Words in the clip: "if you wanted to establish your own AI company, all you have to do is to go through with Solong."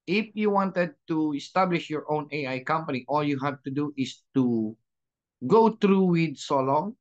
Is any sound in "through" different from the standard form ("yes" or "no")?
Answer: yes